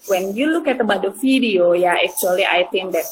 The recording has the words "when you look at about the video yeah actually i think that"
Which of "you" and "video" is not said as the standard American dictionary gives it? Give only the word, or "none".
video